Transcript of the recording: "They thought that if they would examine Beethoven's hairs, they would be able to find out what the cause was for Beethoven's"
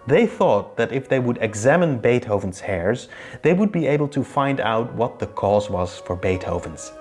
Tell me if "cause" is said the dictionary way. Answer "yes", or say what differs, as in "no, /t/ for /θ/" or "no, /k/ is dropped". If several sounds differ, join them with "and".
yes